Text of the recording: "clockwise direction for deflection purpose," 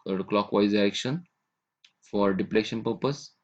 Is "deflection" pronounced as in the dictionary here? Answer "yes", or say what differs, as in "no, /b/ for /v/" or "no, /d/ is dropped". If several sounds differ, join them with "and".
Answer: no, /p/ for /f/